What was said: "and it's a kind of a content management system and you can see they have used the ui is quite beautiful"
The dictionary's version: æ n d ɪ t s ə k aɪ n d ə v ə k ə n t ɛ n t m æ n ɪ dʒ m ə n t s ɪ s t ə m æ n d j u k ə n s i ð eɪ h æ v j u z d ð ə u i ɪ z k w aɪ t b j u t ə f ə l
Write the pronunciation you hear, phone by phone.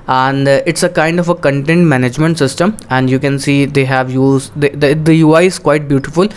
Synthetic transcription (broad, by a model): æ n d ɪ t s ə k aɪ n d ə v ə k ə n t ɛ n t m æ n ɪ dʒ m ə n t s ɪ s t ə m æ n d j u k ə n s i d eɪ h æ v j u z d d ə u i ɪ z k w aɪ t b j u t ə f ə l